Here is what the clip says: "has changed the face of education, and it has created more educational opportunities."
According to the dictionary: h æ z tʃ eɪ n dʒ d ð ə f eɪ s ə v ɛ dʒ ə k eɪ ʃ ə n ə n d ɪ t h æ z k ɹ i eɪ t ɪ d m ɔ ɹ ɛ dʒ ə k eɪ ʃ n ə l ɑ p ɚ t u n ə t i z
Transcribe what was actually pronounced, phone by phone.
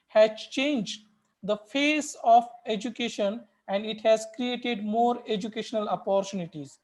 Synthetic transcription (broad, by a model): h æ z tʃ eɪ n dʒ d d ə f eɪ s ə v ɛ dʒ ə k eɪ ʃ ə n ə n d ɪ t h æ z k ɹ i eɪ t ɪ d m ɔ ɹ ɛ dʒ ə k eɪ ʃ n ə l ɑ p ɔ t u n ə t i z